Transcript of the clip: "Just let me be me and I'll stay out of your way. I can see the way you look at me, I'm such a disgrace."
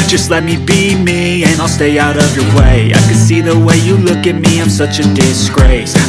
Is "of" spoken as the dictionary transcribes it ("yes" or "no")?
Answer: yes